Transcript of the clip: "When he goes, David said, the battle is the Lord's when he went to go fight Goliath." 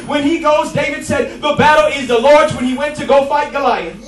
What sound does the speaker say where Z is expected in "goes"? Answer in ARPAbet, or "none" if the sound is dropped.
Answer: Z